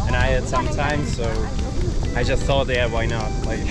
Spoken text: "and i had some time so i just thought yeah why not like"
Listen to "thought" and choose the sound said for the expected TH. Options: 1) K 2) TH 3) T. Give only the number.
2